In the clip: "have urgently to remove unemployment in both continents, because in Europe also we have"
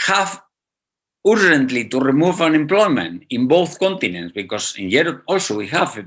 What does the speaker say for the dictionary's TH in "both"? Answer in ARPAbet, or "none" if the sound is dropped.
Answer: TH